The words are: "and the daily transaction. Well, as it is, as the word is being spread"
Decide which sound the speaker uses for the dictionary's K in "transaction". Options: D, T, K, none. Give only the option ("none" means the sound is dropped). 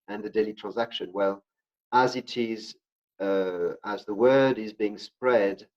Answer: K